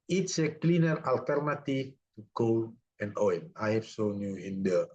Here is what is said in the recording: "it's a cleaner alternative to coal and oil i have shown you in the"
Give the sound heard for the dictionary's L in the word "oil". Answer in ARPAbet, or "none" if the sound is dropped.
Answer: N